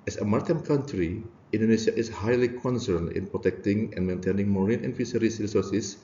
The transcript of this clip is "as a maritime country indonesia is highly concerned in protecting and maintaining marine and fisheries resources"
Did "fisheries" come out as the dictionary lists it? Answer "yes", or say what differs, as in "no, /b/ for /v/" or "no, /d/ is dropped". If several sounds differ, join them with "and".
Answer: no, /s/ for /ʃ/ and /s/ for /z/